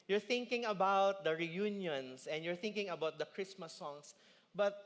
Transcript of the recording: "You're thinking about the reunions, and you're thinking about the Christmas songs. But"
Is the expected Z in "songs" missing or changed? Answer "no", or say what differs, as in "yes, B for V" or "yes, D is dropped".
yes, S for Z